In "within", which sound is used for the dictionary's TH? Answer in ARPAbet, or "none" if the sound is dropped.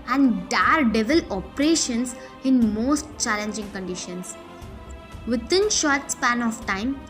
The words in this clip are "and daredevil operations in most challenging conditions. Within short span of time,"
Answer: T